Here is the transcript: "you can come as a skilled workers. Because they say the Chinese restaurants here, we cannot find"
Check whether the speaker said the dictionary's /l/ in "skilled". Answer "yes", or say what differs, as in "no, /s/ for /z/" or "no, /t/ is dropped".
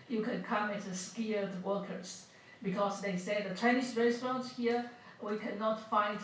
no, /l/ is dropped